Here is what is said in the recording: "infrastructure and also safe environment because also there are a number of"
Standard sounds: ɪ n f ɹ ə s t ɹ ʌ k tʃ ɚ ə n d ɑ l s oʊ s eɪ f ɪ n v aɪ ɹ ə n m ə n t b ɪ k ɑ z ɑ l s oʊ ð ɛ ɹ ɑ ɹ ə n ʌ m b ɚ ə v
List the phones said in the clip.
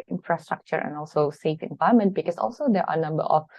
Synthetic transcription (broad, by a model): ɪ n f ɹ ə s t ɹ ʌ k tʃ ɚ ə n ɑ l s oʊ s eɪ f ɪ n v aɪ ə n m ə n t b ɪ k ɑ s ɑ l s oʊ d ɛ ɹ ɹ ə n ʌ m b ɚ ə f